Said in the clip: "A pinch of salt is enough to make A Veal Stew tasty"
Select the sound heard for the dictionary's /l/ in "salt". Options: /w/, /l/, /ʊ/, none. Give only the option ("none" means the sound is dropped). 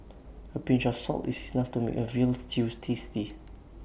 /l/